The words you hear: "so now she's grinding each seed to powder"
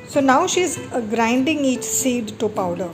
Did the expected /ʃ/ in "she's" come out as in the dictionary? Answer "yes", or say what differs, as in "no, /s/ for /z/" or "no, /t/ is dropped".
yes